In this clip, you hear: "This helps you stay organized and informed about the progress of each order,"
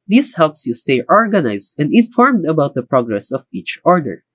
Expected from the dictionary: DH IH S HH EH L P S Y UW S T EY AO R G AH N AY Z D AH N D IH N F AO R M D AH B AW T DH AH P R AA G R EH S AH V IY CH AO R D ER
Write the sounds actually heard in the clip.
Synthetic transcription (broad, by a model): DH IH S HH EH L P S Y UW S T EY AO R G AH N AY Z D AH N D IH N F AO R M D AH B AW T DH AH P R AA G R EH S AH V IY CH AO R D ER